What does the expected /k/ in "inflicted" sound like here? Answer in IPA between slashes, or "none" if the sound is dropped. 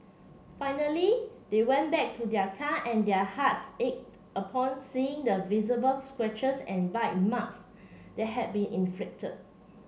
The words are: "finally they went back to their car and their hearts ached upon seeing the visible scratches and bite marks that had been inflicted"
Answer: /k/